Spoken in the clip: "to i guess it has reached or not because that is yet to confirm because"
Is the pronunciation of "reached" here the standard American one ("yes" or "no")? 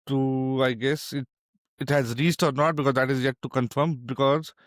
no